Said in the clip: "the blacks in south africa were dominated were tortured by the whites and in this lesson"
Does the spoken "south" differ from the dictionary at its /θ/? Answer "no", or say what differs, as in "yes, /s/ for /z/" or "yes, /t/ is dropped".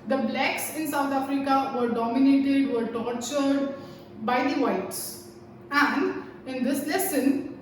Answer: yes, /t/ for /θ/